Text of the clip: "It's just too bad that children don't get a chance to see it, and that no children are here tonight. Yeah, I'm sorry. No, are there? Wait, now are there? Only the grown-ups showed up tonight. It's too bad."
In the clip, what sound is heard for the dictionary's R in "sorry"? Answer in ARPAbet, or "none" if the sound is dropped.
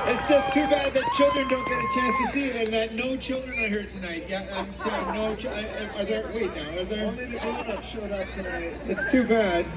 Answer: none